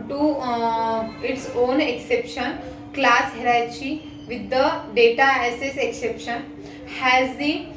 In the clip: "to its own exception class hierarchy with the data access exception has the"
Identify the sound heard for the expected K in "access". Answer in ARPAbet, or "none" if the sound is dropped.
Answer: none